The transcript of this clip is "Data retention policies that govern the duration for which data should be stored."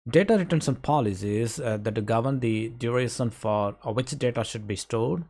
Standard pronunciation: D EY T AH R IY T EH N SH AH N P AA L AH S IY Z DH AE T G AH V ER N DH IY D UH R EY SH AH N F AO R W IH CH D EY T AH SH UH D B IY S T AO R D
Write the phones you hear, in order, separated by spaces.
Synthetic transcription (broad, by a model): D EY T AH R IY T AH N S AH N P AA L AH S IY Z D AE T G AH V ER N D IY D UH R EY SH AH N F AO R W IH CH D EY T AH SH UH D B IY S T AO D